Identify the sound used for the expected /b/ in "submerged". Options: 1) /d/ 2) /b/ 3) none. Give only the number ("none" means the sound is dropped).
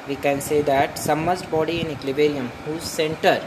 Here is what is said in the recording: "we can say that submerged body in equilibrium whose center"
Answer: 3